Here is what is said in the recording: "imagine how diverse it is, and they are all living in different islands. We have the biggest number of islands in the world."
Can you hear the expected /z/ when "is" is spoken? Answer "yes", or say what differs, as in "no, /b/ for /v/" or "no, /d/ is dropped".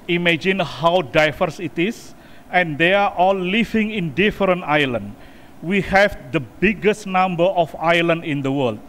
no, /s/ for /z/